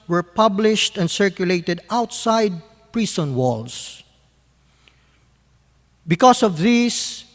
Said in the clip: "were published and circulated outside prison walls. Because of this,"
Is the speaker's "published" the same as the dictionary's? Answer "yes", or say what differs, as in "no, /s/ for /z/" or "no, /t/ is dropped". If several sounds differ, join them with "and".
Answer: yes